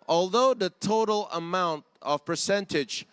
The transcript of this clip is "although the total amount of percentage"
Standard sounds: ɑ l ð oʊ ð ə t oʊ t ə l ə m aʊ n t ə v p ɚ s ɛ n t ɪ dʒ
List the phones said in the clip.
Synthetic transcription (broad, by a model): ɑ l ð oʊ ð ə t oʊ t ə l ə m aʊ n t ə v p ɚ s ɛ n t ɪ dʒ